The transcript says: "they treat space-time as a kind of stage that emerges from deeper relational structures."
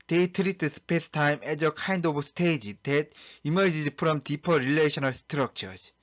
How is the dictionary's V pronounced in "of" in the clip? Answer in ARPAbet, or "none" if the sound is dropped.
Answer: B